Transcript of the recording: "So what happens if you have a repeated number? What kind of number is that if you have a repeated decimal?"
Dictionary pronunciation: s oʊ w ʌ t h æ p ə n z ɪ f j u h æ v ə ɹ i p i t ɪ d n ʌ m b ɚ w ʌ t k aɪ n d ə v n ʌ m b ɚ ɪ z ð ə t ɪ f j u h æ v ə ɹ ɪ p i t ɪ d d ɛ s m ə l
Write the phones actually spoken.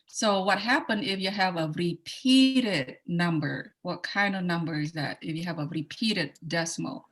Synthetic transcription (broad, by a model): s oʊ w ʌ t h æ p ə n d ɪ f j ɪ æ v ə ɹ i p i t ɪ d n ʌ m b ɚ w ʌ t k aɪ n d ə v n ʌ m b ɚ ɪ z ð ə t ɪ f j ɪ v ə ɹ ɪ p i t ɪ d d ɛ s m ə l